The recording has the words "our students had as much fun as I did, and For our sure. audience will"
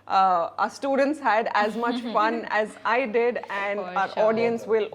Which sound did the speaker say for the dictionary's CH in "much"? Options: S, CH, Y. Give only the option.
CH